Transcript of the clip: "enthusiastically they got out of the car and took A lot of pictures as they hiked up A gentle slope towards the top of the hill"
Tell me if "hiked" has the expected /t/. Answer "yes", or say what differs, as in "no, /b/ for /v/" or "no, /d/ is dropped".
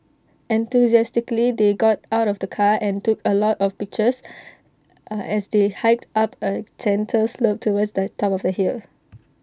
yes